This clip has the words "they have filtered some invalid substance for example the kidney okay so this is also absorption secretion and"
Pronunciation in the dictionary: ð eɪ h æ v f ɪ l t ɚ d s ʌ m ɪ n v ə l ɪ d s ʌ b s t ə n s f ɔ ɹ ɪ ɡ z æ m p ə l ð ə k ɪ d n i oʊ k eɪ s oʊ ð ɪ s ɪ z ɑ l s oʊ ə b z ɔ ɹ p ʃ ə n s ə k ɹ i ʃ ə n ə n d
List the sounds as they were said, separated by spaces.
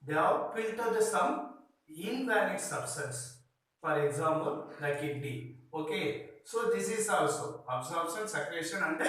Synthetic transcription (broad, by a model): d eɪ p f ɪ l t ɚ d s ʌ m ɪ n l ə n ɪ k s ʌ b s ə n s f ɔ ɹ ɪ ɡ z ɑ m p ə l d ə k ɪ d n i oʊ k eɪ s oʊ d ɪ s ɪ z ɑ l s oʊ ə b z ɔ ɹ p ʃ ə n s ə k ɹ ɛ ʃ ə n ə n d